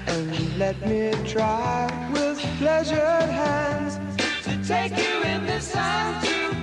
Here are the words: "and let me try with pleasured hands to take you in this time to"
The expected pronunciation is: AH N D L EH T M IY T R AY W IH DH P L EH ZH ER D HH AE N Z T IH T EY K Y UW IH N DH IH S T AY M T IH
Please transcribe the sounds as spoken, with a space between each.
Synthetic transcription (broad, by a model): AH N L EH T M IY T R AY W IH DH P L EH ZH ER D HH AE N Z T IH T EY K Y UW IH N DH IH S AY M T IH